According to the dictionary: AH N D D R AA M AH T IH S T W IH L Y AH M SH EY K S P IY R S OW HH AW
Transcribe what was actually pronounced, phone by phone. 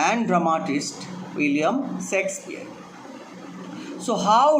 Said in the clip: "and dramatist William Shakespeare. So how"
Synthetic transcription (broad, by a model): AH N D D R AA M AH T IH S T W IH L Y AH M S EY K S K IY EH S OW HH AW